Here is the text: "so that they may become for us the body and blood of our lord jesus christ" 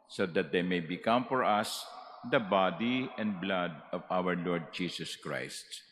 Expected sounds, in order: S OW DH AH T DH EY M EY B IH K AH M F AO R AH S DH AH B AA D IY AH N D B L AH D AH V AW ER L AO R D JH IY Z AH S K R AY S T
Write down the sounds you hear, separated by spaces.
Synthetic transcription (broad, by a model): S OW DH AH T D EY M EY B IH K AH M F AO R AH S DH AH B AA D IY AH N D B L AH D AH V AW ER L AO R D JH IY S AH S K R AY S T